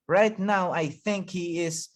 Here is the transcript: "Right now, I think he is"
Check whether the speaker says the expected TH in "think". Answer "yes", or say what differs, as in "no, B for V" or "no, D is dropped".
yes